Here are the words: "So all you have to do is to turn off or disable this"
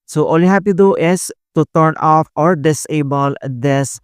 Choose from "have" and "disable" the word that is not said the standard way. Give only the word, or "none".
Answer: have